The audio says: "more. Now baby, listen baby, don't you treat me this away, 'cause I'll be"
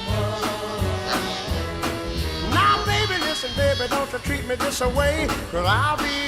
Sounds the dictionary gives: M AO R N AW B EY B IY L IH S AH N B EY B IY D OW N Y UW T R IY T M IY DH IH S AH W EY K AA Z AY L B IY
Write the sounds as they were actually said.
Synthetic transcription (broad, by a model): N AW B EY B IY L IH S AH N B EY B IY D OW N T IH T R IY T M IY DH IH S AH W EY K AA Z AY L B IY